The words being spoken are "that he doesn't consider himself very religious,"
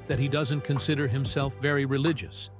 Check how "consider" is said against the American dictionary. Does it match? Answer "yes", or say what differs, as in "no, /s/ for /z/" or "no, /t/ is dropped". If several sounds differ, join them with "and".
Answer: yes